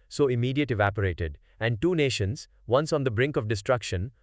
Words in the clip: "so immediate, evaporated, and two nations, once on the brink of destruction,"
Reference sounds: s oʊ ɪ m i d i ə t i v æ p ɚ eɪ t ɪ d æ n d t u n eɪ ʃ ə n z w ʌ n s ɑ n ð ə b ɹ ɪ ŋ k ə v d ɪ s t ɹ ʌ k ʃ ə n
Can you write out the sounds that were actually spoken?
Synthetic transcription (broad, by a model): s oʊ ɪ m i d i ə t i v æ p ɚ eɪ t ɪ d æ n d t u n eɪ ʃ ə n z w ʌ n s ɑ n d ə b ɹ ɪ ŋ k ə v d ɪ s t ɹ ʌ k ʃ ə n